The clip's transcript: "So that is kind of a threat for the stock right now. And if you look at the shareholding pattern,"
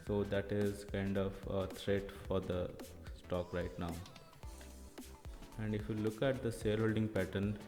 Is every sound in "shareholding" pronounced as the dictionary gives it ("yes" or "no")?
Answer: no